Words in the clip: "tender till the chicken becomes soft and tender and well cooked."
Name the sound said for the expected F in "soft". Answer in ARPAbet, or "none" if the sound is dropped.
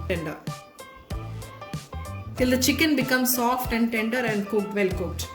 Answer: F